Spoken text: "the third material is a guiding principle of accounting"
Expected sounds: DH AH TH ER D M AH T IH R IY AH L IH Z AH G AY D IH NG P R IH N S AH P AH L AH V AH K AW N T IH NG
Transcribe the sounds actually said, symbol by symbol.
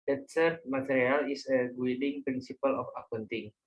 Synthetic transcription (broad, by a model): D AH S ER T M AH T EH R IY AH L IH S AH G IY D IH NG P R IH N S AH P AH L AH F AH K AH N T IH NG